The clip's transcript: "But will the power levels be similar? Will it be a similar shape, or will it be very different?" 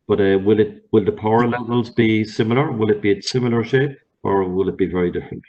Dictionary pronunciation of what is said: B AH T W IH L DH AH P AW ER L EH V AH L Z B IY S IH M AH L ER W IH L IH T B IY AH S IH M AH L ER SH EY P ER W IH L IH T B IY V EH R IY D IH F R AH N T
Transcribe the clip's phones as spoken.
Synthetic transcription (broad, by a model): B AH T W IH L DH AH P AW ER L EH V AH L Z B IY S IH M AH L ER W IH L IH T B IY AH S IH M AH L ER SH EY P ER W IH L IH T B IY V EH R IY D IH F R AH N T